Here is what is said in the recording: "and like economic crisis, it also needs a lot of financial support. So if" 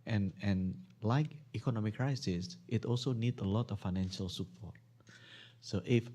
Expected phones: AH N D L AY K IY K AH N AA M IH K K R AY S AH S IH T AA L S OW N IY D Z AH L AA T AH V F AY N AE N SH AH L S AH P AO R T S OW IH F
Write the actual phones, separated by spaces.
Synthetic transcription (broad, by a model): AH N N L AY K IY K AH N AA M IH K K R AY S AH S IH T AA L S OW N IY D AH L AA T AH F AY N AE N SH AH L S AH P AO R T S OW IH F